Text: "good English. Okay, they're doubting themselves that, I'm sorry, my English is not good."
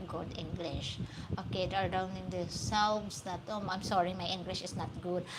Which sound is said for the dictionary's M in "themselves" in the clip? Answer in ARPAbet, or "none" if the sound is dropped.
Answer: none